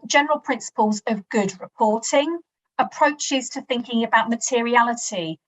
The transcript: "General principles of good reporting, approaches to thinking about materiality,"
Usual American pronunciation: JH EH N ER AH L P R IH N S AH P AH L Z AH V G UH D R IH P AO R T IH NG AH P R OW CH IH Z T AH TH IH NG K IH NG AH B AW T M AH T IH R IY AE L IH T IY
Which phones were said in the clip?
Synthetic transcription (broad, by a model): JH EH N ER AH L P R IH N S AH P AH L Z AH V G UH D R IH P AO T IH NG AH P R OW CH IH Z T AH TH IH NG K IH NG AH B AW T M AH T IH R IY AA L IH T IY